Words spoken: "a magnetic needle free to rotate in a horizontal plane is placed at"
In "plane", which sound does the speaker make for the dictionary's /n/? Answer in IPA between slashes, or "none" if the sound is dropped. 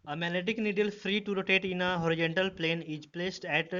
/n/